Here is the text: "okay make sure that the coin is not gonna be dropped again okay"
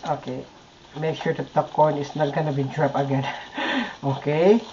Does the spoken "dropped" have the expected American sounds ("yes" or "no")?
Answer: no